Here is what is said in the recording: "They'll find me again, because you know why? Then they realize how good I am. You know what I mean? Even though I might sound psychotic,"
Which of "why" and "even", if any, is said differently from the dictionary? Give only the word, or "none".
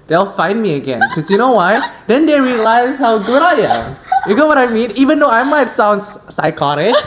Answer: none